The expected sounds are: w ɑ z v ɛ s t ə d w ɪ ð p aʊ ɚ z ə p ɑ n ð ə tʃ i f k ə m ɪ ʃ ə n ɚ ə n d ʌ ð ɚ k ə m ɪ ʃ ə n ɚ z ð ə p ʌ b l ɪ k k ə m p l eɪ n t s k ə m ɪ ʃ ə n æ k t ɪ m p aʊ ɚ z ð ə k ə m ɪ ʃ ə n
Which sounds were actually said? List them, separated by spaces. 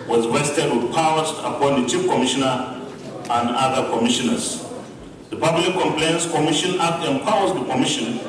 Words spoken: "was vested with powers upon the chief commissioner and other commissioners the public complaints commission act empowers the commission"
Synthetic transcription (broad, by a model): w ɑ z w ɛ s t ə d w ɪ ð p aʊ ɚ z ə p ɑ n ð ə tʃ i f k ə m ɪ ʃ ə n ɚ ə n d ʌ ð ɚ k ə m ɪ ʃ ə n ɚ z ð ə p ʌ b l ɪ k k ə m p l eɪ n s k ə m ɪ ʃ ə n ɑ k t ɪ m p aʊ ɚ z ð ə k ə m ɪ ʃ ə n